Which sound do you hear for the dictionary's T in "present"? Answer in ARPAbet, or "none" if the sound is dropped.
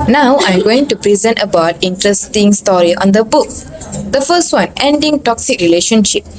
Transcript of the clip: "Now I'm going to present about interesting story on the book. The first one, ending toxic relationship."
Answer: T